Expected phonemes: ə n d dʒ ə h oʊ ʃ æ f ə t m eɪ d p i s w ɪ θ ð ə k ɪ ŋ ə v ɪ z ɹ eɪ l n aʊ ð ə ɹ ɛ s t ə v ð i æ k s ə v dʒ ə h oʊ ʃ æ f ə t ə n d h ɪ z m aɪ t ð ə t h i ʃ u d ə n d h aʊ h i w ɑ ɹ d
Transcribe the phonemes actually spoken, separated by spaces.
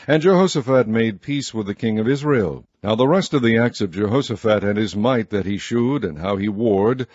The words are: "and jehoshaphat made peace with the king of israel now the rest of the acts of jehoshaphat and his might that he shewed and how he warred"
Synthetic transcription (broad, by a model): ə n dʒ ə h oʊ s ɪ f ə t m eɪ d p i s w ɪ ð ə k ɪ ŋ ə v ɪ z ɹ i l n aʊ ð ə ɹ ɛ s t ə v ð i æ k s ə v dʒ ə h oʊ s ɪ f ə t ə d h ɪ z m aɪ t ð ə t h i ʃ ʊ d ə n h aʊ i w ɑ ɹ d